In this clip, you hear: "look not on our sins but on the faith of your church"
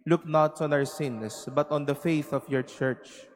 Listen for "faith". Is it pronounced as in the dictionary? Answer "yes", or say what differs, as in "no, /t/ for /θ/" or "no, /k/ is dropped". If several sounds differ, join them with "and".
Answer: yes